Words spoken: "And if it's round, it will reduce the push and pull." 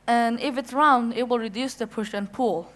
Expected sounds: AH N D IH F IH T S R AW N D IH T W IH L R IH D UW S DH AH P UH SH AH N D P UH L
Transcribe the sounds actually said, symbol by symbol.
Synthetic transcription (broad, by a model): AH N IH F IH T S R AW N D IH T W IH L R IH D UW S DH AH P UH SH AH N P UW L